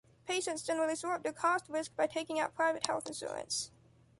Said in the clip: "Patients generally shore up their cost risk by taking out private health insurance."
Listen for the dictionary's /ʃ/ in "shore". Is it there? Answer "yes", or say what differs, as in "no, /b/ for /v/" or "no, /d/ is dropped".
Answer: no, /s/ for /ʃ/